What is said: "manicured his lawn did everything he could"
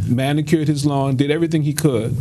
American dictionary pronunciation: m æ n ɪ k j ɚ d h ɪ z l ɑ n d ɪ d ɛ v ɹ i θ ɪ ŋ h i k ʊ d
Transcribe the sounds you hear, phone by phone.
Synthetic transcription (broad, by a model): m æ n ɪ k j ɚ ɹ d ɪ z l ɑ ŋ d ɪ d ɛ v ɹ i θ ɪ ŋ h i k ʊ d